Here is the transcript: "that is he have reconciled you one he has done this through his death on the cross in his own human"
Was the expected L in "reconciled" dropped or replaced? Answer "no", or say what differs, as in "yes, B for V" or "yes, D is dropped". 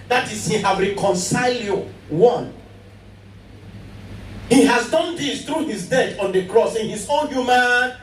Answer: no